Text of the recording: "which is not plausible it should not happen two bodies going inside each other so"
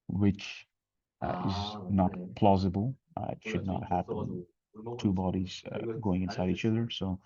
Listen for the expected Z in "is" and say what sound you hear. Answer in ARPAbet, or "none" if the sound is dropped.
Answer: Z